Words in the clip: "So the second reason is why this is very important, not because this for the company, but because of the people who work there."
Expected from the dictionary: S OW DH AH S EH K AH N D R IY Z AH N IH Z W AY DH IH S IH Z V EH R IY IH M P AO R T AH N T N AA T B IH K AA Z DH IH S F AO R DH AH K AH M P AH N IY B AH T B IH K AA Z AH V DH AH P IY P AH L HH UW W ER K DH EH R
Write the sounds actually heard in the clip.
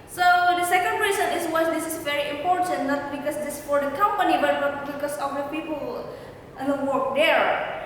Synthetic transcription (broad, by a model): S OW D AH S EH K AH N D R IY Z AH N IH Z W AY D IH S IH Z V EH R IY IH M P AO R T AH N T N AA T B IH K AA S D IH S F AO R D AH K AH M P AH N IY B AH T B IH K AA S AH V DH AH P IY P AH L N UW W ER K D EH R